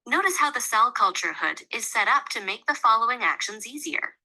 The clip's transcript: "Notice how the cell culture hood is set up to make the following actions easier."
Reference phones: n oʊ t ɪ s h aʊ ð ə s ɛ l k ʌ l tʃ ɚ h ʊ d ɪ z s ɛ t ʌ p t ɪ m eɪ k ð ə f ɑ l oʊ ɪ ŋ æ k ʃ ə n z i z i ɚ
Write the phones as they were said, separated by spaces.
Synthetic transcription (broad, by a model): n oʊ t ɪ s h aʊ ð ə s ɛ l k ʌ l tʃ ɚ h ʊ d ɪ z s ɛ t ʌ p t ɪ m eɪ k ð ə f ɑ l oʊ ɪ ŋ æ k ʃ ə n z i z i ɚ